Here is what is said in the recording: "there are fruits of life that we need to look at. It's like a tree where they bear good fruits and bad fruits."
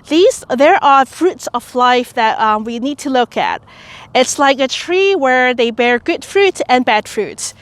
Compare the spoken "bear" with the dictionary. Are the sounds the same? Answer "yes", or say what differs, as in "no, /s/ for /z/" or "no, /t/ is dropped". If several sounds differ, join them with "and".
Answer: yes